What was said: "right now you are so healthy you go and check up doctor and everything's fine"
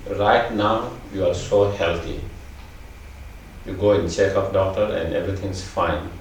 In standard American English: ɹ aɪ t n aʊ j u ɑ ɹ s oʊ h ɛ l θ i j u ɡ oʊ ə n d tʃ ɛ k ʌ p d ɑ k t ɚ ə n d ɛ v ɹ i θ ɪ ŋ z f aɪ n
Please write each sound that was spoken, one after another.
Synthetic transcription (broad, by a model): ɹ aɪ t n aʊ j u ɑ ɹ s oʊ h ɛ l t i j u ɡ oʊ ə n tʃ ɛ k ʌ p d ɑ k t ɚ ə n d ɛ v ɹ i t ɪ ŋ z f aɪ n